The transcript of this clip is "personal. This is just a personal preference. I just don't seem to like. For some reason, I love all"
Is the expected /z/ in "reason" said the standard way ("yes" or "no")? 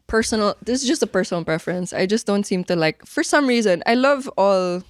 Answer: yes